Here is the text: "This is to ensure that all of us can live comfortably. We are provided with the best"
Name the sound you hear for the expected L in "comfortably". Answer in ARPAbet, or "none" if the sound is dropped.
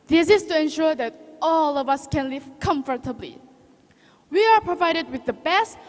L